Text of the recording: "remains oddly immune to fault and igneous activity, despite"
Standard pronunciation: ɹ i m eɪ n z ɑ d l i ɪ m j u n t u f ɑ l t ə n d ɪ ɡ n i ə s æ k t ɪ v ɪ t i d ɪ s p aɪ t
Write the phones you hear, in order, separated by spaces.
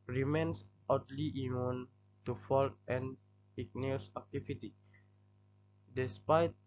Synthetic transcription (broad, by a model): ɹ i m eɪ n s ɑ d l i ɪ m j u n t u f ɑ l t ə n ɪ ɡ n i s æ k t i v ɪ t i d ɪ s p aɪ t